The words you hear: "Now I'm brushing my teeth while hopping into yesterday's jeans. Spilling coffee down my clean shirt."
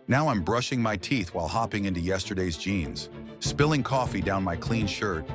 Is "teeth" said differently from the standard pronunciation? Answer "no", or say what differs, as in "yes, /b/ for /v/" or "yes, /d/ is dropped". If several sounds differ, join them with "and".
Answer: no